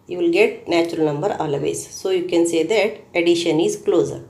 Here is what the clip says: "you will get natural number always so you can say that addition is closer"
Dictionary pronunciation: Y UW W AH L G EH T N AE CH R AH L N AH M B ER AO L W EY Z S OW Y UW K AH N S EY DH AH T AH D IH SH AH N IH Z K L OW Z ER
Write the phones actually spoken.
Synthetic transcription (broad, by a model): Y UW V L G EH T N AE CH R AH L N AH M B ER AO L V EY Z S OW Y UW K AH N S EY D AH T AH D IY SH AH N IH Z K L OW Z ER